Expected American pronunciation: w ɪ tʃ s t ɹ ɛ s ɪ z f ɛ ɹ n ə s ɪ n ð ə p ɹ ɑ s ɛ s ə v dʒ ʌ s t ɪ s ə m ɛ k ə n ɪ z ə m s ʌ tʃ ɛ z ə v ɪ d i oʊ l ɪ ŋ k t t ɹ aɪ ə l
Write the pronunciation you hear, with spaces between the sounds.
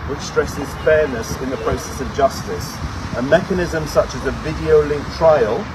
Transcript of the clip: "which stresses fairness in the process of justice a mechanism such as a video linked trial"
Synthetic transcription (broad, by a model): w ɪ tʃ s t ɹ ɛ s ɪ z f ɛ n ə s ɪ n ð ə p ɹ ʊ s ɛ s ə v dʒ ʌ s t ɪ s ə m ɛ k ə n ɪ z ə m s ʌ tʃ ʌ z ə v ɪ d i oʊ l ɪ ŋ k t t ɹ aɪ ə l